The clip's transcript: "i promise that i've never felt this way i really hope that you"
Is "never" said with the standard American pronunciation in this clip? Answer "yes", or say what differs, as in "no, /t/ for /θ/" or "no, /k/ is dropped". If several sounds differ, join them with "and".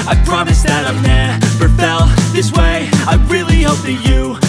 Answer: no, /p/ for /v/